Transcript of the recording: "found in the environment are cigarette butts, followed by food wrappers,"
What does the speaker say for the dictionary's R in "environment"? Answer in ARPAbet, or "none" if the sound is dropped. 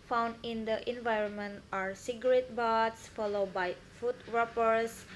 R